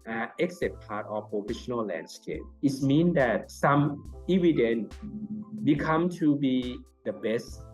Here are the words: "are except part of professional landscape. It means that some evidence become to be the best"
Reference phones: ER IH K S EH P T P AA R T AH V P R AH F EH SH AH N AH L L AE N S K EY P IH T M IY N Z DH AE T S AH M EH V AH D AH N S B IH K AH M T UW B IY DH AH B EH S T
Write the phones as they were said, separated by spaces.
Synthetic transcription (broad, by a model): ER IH K S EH T P AA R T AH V P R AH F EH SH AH N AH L L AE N S K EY P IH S M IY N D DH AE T S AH M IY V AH D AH N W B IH K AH M T UW B IY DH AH B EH S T